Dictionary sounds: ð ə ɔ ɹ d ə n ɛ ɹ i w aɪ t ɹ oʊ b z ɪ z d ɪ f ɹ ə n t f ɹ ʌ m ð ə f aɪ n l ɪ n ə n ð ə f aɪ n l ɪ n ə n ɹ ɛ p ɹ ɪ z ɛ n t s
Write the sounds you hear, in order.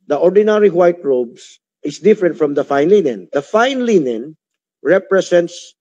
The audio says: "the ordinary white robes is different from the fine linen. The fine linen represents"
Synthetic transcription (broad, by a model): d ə ɔ ɹ d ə n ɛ ɹ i w aɪ t ɹ oʊ b s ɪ s d ɪ f ɹ ə n t f ɹ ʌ m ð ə f aɪ n l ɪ n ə n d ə f aɪ n l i n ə n ɹ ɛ p ɹ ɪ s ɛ n t s